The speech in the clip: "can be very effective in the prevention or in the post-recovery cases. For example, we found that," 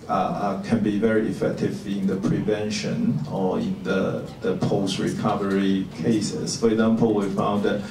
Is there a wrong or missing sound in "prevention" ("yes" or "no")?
no